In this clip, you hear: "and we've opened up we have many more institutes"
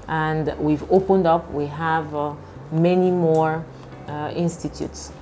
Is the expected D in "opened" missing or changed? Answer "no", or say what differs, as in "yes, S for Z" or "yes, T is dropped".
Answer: no